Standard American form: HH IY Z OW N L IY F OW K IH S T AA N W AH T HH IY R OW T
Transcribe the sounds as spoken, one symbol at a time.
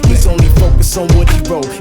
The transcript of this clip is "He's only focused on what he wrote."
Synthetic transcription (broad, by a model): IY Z OW N L IY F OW K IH S AA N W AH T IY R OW